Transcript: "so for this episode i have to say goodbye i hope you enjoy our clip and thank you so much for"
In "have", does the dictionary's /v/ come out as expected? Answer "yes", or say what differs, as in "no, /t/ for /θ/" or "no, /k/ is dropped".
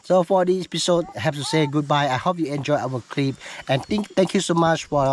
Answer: no, /p/ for /v/